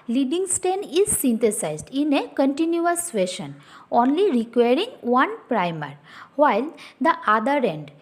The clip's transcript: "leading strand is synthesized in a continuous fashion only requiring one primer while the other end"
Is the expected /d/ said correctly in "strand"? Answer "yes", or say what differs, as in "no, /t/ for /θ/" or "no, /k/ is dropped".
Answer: no, /d/ is dropped